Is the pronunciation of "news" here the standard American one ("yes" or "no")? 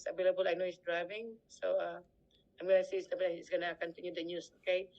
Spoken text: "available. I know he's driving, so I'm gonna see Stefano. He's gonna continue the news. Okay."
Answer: no